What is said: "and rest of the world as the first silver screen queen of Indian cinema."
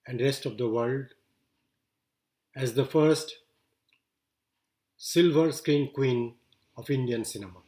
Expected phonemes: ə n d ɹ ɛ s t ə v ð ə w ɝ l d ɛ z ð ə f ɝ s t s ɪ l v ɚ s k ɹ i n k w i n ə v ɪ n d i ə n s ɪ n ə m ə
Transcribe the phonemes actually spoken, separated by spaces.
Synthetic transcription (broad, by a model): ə n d ɹ ɛ s t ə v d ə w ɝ l d ɛ z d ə f ɝ s t s ɪ l v ɚ s k ɹ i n k w i n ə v ɪ n d i ə n s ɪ n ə m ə